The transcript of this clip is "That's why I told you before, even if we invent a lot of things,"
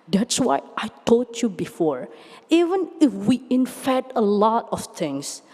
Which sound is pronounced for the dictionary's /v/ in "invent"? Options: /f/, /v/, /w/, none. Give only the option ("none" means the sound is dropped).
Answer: /f/